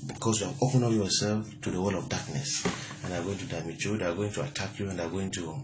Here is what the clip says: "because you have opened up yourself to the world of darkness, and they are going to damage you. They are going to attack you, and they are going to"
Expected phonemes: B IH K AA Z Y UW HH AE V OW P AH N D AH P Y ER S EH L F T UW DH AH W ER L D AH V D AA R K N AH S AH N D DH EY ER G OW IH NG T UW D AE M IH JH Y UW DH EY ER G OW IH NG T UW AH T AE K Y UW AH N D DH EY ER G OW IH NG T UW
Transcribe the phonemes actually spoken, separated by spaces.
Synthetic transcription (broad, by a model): B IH K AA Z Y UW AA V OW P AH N AH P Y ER S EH L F T UW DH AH W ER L AH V D AA K N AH S AH N D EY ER G OW IH NG T UW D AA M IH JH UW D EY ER G OW IH NG T UW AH T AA K Y UW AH N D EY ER G OW IH NG T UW